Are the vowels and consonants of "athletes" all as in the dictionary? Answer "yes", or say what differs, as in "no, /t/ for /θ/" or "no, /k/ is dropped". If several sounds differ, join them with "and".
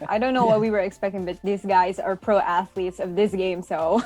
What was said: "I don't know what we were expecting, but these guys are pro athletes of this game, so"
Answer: yes